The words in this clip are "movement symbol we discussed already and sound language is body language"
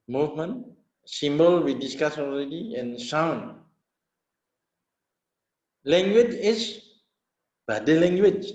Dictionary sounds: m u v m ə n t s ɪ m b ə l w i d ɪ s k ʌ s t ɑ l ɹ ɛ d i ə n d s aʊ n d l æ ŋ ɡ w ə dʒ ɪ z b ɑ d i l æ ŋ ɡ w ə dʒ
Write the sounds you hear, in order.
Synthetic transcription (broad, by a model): m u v m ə n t s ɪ m b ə l w i d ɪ s k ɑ s ɑ l ɹ ɛ d i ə n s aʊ n l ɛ ŋ ɡ w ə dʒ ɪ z b ɑ d i l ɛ ŋ ɡ w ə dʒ